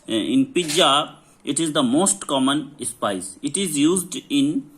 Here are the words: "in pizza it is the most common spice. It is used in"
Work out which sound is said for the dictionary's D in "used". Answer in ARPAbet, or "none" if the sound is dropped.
D